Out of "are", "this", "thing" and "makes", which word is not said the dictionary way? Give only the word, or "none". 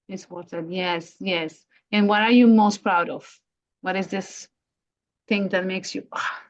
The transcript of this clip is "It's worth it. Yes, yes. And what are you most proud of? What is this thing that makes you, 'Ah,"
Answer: none